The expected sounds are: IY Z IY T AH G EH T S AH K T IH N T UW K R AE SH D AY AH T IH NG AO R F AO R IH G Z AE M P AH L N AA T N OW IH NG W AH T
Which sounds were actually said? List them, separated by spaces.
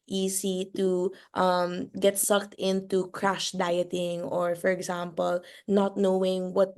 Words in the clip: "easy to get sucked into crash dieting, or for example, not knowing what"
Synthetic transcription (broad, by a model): IY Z IY T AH G EH T S AH K T IH N T UW K R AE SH D AY AH T IH NG AO R F AO R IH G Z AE M P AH L N AA T N OW IH NG W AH T